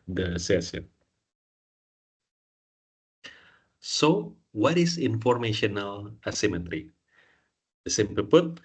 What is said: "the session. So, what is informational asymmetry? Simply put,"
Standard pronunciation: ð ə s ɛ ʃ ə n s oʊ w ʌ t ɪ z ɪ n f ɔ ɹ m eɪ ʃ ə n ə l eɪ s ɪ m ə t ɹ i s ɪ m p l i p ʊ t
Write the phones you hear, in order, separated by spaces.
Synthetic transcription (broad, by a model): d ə s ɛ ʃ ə n s oʊ w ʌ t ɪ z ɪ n f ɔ ɹ m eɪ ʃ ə n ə l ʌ s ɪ m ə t ɹ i s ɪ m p i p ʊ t